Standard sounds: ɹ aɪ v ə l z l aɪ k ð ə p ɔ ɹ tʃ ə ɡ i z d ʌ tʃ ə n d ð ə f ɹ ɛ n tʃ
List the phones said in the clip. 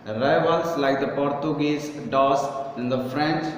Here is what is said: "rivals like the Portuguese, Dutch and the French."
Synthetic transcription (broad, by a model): ɹ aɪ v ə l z l aɪ k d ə p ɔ ɹ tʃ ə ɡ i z d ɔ s ə n d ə f ɹ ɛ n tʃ